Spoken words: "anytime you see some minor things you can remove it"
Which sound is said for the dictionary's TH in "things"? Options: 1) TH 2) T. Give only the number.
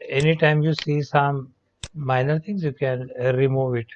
2